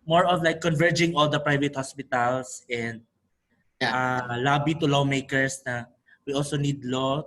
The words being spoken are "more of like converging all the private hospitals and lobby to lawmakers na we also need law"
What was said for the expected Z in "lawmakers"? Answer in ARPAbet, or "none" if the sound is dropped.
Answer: S